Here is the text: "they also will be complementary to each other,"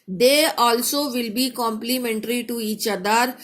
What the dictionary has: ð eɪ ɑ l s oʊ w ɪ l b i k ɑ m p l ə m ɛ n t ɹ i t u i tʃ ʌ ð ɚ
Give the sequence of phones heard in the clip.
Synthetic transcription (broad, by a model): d eɪ ɑ l s oʊ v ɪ l b i k ɑ m p l ə m ɛ n t ɹ i t u i tʃ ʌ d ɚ